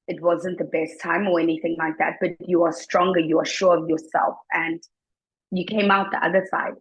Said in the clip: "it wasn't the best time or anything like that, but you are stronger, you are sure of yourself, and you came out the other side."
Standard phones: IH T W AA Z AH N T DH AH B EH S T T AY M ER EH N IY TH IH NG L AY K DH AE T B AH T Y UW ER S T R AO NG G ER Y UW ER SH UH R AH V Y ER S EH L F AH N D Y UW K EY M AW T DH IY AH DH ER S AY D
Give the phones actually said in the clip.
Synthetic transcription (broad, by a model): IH T W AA Z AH N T DH AH B EH S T T AY M ER EH N IY TH IH NG L AY K DH AE T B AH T Y UW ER S T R AO NG G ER Y UW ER SH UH R AH V Y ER S EH L F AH N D Y UW K EY M AW T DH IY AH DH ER S AY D